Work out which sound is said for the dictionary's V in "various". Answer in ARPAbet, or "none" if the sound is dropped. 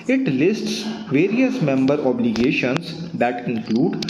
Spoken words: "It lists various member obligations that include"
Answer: V